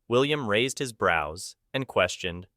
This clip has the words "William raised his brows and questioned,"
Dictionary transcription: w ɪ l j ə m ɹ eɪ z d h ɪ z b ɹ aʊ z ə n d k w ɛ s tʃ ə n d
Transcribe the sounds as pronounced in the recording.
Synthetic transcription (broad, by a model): w ɪ l j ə m ɹ eɪ z d h ɪ z b ɹ aʊ z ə n k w ɛ s tʃ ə n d